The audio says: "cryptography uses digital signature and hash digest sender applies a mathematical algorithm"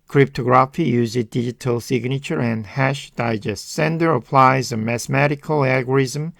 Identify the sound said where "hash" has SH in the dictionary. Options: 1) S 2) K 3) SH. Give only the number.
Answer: 3